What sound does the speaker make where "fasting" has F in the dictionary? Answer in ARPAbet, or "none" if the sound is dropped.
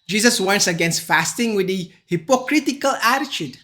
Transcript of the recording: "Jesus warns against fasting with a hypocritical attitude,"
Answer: F